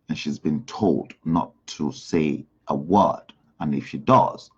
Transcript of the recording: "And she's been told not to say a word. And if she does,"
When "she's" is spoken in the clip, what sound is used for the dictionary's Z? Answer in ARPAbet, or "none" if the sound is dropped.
Z